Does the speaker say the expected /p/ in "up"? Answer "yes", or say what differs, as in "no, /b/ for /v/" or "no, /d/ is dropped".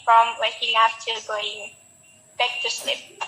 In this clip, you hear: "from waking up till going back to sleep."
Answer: no, /f/ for /p/